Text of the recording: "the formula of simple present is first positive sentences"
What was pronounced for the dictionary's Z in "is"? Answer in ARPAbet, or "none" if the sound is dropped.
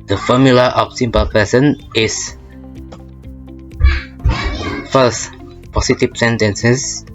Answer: S